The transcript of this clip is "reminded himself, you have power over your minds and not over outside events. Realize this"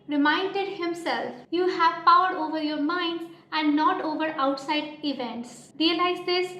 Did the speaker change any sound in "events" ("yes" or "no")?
no